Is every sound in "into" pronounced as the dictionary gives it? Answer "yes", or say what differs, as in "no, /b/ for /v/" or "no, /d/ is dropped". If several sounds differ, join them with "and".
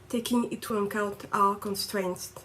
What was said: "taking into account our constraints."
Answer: no, /n/ is dropped